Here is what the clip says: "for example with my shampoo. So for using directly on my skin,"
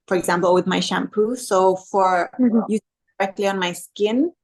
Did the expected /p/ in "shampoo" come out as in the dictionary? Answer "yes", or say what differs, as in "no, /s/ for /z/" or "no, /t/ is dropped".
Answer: yes